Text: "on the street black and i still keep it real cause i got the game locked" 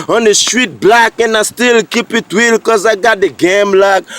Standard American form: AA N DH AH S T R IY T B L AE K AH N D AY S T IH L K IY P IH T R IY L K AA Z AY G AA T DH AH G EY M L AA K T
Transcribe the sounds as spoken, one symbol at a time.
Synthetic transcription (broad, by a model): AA N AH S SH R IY T B L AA K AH N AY S T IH L K IY P IH T W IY L K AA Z AY G AA T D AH G EY M L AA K